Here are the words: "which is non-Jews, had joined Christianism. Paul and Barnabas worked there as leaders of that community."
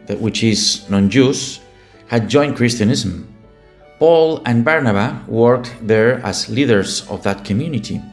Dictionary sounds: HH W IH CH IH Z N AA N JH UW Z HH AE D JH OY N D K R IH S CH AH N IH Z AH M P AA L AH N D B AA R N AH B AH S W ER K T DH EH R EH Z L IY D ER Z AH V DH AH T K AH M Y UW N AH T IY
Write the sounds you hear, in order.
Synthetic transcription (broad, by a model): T W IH CH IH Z N AA N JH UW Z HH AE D JH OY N K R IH S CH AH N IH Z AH M P AA L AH N B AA R N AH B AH W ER K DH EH R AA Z L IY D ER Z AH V DH AH T K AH M Y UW N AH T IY